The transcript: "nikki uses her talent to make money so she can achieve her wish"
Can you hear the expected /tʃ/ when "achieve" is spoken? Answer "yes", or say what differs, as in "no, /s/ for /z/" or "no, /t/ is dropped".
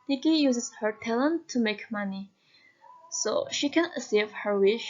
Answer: no, /s/ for /tʃ/